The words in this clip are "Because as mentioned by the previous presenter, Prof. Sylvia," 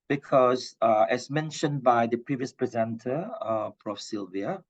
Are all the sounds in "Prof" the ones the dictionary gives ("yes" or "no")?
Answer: no